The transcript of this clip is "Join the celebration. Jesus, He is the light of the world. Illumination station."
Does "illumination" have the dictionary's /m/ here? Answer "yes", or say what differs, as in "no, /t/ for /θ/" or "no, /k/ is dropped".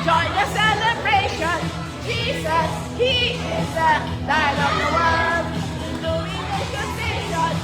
no, /m/ is dropped